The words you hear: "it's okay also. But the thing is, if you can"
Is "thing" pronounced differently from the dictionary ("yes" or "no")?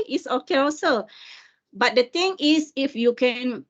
yes